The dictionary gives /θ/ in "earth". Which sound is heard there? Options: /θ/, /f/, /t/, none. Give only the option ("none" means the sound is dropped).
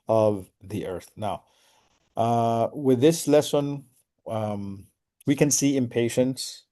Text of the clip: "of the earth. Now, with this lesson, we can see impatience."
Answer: /θ/